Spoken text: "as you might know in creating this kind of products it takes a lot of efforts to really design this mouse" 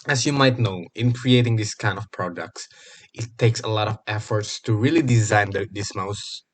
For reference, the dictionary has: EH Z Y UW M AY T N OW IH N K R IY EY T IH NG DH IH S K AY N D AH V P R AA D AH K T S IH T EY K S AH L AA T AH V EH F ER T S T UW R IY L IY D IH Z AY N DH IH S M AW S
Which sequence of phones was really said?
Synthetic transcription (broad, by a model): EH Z Y UW M AY T N OW IH N K R IY EY T IH NG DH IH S K AY N D AH V P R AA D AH K T S IH T EY K S AH L AA T AH V EH F ER T S T UW R IY L IY D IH Z AY N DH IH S M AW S